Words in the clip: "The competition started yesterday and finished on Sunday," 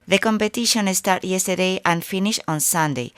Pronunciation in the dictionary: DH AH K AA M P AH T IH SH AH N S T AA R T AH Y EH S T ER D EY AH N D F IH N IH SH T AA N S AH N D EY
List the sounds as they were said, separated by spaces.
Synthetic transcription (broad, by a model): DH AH K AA M P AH T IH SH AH N S T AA R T Y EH S T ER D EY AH N F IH N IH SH AA N S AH N D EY